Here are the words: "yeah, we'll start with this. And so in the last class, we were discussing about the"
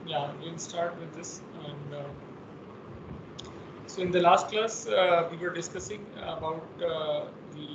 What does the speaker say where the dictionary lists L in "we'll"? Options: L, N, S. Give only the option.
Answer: N